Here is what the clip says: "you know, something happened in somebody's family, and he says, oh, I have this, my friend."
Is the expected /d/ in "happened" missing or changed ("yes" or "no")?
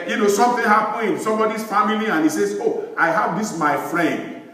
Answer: yes